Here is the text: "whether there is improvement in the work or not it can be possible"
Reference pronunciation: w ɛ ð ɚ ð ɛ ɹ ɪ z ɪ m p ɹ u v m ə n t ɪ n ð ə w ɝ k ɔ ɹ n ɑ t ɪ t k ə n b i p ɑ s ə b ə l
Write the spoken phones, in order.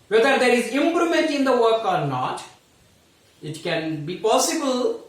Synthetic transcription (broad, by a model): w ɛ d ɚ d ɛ ɹ ɪ z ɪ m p ɹ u m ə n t ɪ n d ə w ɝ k ɔ ɹ n ɑ t ɪ t k ə n b i p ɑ s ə b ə l